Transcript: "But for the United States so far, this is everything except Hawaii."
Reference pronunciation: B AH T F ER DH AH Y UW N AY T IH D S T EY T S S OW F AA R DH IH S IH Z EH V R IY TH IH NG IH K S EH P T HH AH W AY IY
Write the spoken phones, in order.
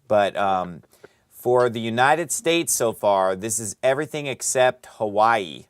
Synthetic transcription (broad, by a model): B AH T F ER DH AH Y UW N AY T IH D S T EY T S S OW F AA R DH IH S IH Z EH V R IY TH IH NG IH K S EH P T HH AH W AY IY